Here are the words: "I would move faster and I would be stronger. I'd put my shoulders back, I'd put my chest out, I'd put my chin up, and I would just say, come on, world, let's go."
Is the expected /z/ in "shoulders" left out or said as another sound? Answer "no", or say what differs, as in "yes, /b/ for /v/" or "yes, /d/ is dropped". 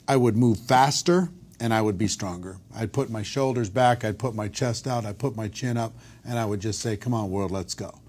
no